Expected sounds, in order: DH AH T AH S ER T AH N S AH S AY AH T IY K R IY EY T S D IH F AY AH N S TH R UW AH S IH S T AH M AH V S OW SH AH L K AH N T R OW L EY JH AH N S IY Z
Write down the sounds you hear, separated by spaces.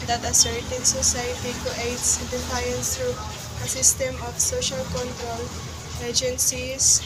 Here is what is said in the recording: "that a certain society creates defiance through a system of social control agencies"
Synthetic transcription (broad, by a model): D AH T AH S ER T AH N S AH S AY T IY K IY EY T S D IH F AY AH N S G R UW AH S IH S T AH M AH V S OW SH AH L K AH N T R OW L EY JH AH N S IY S